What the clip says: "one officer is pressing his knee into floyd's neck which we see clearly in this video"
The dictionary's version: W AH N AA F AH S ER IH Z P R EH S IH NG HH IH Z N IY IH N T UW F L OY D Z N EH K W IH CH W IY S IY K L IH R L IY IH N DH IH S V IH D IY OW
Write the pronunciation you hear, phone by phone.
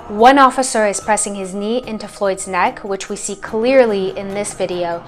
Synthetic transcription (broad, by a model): W AH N AA F AH S ER IH Z P R EH S IH NG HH IH Z N IY IH N T UW F L OY D Z N EH K W IH CH W IY S IY K L IH R L IY IH N DH IH S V IH D IY OW